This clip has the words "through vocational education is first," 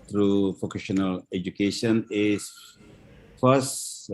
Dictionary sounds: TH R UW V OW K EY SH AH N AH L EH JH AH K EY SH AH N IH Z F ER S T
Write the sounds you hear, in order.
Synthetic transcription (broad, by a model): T R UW F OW K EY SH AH N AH L EH JH AH K EY SH AH N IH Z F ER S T